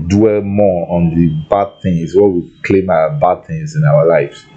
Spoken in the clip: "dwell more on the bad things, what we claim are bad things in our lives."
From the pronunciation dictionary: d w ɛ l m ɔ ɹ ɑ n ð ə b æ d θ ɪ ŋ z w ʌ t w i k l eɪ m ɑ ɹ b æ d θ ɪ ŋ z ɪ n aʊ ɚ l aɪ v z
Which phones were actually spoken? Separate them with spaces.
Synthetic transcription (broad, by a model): d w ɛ l m ɔ ɑ n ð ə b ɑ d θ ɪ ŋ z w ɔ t w i k l eɪ m ɑ w b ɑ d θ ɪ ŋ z ɪ n aʊ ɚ l aɪ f